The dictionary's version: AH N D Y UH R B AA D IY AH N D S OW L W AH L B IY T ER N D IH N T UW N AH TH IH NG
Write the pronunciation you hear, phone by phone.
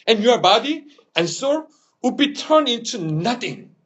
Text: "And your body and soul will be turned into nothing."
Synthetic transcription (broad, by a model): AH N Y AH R B AA D IY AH N S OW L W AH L B IY T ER N IH N T UW N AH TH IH NG